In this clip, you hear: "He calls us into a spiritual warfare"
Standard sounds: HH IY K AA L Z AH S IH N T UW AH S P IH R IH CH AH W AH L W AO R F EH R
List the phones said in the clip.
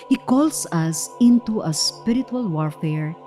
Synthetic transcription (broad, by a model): HH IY K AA L S AH S IH N T UW AH S P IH R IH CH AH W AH L W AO R F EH R